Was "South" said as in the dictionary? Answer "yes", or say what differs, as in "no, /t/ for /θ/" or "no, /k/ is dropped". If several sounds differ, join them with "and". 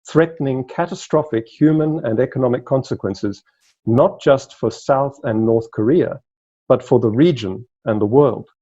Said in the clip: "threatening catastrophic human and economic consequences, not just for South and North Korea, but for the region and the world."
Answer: yes